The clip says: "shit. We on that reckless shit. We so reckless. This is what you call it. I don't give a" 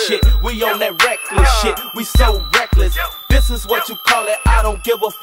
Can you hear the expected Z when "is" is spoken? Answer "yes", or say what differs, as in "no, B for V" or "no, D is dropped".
yes